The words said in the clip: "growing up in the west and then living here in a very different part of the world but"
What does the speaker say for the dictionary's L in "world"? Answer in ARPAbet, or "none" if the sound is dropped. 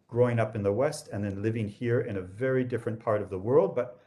L